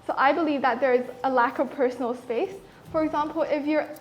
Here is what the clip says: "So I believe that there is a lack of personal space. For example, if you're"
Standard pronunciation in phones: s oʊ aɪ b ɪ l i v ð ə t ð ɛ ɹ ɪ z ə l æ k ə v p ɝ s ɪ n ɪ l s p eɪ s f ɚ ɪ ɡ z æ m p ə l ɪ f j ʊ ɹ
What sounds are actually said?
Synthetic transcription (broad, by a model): s oʊ aɪ b ɪ l i v ð ə t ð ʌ ɹ ɪ z ə l æ k ə v p ɝ s n l s p eɪ s f ɚ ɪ ɡ z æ m p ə l ɪ f j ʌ ɹ